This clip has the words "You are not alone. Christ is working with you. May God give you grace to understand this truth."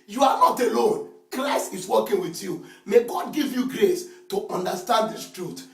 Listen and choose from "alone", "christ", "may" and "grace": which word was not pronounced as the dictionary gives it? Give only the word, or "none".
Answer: christ